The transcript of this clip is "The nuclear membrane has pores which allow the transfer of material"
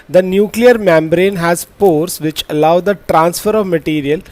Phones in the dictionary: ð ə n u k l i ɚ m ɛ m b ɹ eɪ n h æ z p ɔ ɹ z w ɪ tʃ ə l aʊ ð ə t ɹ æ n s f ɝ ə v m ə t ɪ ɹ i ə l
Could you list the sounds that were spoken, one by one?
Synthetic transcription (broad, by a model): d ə n u k l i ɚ m ɛ m b ɹ eɪ n h æ z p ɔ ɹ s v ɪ tʃ ə l aʊ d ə t ɹ æ n s f ɝ ə v m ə t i ɹ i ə l